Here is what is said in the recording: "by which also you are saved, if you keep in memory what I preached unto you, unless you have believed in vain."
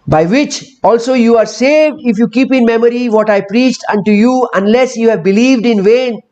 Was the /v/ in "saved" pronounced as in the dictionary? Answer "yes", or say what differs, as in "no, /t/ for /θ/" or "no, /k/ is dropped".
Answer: yes